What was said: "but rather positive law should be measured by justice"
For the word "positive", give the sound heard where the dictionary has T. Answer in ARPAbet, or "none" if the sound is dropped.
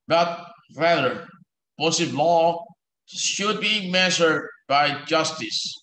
S